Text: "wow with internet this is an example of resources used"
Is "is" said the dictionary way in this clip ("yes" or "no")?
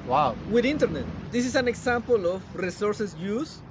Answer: no